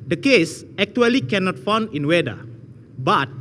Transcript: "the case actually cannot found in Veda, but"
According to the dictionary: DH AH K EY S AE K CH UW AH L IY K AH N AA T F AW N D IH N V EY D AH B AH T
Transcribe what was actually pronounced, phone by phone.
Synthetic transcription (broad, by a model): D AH K EY S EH K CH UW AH L IY K AH N AA T F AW N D IH N W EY D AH B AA T